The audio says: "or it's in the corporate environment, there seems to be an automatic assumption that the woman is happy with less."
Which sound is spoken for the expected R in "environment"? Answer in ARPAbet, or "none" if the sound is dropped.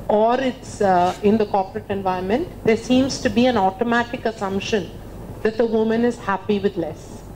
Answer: none